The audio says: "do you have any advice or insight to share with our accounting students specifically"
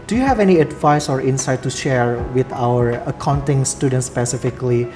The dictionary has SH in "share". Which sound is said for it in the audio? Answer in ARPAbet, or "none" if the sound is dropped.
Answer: SH